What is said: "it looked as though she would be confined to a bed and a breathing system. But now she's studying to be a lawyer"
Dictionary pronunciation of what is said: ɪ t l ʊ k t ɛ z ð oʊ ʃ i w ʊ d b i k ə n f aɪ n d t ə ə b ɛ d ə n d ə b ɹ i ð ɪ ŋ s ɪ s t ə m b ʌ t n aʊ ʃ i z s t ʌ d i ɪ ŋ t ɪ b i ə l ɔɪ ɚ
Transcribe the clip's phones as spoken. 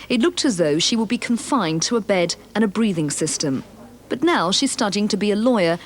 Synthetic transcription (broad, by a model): ɪ t l ʊ k t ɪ z ð oʊ ʃ i w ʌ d b i k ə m f aɪ n t ə ə b ɛ d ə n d ə b ɹ i ð ɪ ŋ s ɪ s t ə m b ʌ t n aʊ ʃ i z s t ʌ d i ɪ ŋ t ɪ b i ə l ɔɪ ɚ